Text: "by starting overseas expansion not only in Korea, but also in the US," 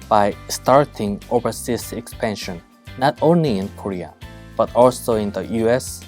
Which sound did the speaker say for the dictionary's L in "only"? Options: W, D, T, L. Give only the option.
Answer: L